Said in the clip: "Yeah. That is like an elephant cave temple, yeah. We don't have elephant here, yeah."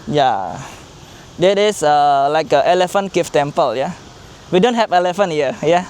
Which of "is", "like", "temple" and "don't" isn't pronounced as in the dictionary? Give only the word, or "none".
is